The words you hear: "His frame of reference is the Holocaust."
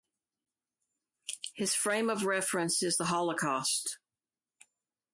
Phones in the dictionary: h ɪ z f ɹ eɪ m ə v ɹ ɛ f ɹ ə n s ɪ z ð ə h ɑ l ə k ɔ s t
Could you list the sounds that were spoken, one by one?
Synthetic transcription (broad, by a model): h ɪ z f ɹ eɪ m ə v ɹ ɛ f ɹ ə n s ɪ z ð ə h ɑ l ə k ɔ s t